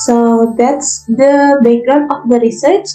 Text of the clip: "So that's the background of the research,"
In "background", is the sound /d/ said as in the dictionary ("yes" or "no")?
no